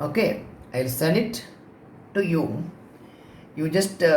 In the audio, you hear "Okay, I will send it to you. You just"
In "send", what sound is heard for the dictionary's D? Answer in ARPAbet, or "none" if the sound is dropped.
none